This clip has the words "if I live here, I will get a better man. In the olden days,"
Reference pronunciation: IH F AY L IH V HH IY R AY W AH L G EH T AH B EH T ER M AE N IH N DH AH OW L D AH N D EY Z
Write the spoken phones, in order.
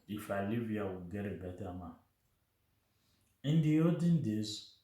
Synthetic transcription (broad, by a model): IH F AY L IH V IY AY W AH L G EH T AH B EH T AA M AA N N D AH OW D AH N D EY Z